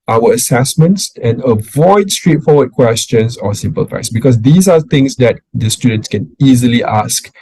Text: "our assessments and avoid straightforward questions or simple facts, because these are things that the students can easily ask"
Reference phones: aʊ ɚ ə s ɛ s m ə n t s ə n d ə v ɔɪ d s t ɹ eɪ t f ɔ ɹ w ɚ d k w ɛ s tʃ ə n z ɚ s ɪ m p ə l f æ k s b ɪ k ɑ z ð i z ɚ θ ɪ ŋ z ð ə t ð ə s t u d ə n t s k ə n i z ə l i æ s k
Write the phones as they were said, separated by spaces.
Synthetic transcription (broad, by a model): aʊ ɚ ə s ɛ s m ə n t s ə n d ə v ɔɪ d s t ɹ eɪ t f ɔ w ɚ d k w ɛ s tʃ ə n s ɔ s ɪ m p ə l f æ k s b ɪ k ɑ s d i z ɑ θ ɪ ŋ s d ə t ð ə s t u d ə n t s k ə n i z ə l i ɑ s k